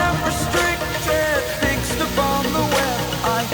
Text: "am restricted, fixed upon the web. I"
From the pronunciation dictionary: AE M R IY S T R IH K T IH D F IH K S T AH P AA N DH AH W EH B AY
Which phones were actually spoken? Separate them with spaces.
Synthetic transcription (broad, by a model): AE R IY S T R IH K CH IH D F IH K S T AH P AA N DH AH W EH AY